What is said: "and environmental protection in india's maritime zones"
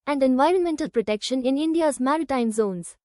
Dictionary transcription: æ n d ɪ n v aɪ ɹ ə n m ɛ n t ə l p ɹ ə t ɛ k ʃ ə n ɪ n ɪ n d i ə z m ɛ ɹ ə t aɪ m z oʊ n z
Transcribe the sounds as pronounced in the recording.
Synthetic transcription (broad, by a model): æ n d ɪ n v aɪ ɹ ə n m ɛ n t ə l p ɹ ə t ɛ k ʃ ə n ɪ n ɪ n d i ə z m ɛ ɹ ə t aɪ m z oʊ n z